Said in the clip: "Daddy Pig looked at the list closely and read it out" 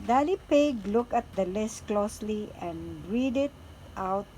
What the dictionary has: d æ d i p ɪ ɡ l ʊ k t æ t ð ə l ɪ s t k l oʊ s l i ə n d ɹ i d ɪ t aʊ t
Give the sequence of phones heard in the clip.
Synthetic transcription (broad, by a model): d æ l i p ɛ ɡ l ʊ k ɑ t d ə l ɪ s k l oʊ s l i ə n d ɹ i d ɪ t aʊ t